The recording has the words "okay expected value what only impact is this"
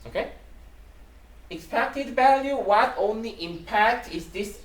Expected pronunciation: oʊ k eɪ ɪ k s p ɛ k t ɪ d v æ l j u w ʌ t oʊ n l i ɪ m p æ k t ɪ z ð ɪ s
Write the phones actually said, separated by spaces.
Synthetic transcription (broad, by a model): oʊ k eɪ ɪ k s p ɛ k t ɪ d v æ l j u w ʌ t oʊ n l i ɪ m p æ k t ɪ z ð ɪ s